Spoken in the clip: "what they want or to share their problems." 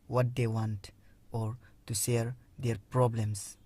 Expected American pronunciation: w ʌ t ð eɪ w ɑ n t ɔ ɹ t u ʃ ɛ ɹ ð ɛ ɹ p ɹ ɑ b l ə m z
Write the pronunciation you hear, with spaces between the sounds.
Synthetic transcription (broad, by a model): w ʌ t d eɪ w ɑ n t ɔ ɹ t u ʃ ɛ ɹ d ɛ ɹ p ɹ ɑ b l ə m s